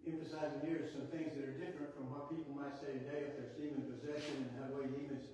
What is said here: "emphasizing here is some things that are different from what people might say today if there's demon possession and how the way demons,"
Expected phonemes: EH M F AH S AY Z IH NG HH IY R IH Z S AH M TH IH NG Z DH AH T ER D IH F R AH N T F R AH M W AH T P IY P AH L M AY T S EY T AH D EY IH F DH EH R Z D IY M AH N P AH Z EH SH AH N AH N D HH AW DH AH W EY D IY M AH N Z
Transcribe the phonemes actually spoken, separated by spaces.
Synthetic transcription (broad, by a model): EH M F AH S AY Z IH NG HH IY R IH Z S AH M TH IH NG Z DH AH T ER D IH F R AH N T F R AH M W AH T P IY P L M AY T S EY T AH D EY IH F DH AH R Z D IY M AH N P AH Z EH SH AH N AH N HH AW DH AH W EY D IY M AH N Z